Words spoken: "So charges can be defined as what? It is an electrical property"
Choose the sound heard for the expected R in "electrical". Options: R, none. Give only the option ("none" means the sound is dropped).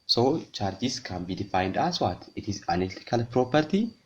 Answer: none